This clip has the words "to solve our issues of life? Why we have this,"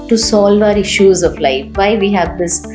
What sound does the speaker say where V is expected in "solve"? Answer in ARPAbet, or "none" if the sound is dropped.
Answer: V